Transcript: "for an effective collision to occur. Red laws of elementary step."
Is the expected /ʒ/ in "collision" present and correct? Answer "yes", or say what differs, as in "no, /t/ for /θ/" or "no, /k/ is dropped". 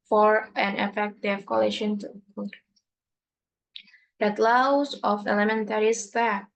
no, /ʃ/ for /ʒ/